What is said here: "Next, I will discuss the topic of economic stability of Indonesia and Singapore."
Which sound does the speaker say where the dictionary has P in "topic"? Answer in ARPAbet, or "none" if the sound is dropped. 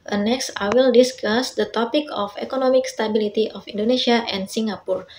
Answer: P